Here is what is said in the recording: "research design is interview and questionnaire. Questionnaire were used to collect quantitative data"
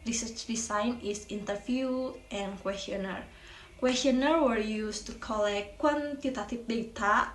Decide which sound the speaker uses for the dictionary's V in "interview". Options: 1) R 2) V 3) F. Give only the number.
3